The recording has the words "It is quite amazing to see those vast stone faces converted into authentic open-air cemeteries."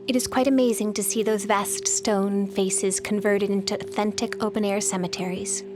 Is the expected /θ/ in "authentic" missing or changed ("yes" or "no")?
no